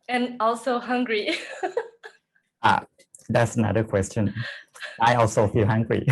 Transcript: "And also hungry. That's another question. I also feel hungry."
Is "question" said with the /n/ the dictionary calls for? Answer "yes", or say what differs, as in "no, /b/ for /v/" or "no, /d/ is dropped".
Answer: yes